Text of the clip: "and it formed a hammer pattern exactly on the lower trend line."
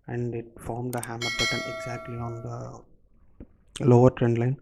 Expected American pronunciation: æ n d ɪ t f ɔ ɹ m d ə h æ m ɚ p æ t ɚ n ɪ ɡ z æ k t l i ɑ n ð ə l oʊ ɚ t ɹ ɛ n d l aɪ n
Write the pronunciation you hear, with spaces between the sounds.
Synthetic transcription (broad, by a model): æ n d ɪ t f ɔ ɹ m d ə h æ m ɚ b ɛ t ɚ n ɪ ɡ z æ k t l i ɑ n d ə l oʊ ɚ t ɹ ɛ n d l aɪ n